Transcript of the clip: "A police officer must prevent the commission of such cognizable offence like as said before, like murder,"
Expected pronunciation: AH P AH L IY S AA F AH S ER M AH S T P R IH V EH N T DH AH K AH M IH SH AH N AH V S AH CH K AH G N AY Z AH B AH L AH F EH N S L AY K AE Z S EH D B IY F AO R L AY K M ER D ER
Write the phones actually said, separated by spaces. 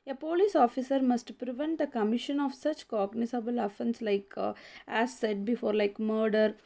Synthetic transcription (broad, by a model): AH P AH L IY S AA F AH S ER M AH S T P R IH V EH N T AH K AH M IH SH AH N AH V S AH CH K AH G N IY S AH B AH L AH F EH N S L AY K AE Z S EH D B IY F AO R L AY K M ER D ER